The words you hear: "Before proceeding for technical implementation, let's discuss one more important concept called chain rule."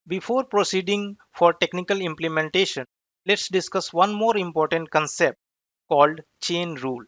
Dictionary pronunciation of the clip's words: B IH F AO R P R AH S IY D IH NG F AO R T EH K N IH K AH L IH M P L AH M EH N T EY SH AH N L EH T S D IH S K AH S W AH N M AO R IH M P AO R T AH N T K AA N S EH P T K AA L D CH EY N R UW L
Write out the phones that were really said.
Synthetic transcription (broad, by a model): B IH F AO R P R AH S IY D IH NG F AO R T EH K N IH K AH L IH M P L AH M EH N T EY SH AH N L EH T S D IH S K AH S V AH N M AO R IH M P AO R T AH N T K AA N S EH P T K AA L D CH EY N R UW L